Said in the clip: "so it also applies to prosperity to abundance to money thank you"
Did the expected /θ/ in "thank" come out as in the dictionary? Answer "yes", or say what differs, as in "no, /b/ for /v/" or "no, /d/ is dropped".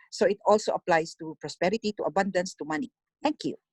no, /t/ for /θ/